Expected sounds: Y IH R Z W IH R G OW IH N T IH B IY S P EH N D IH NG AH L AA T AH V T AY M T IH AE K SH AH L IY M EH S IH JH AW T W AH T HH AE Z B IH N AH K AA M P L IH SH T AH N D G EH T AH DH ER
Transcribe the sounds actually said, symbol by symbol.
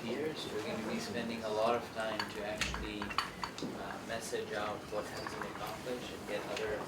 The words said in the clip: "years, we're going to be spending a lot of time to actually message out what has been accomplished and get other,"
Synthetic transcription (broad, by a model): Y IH R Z W IH R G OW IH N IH B IY S P EH N D IH NG AH L AA T AH V T AY M T IH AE K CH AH L IY M EH S IH JH AW T W AH T HH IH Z B IH N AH K AA M P L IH SH AH N G EH T AH DH ER